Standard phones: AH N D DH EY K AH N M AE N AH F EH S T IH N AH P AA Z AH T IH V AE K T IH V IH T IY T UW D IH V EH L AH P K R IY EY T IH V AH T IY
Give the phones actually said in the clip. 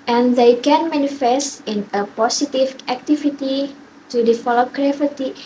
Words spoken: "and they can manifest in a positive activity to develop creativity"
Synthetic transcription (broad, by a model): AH N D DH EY K AH N M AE N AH F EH S T IH N AH P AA S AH T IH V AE K T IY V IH T IY T UW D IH F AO L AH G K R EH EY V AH T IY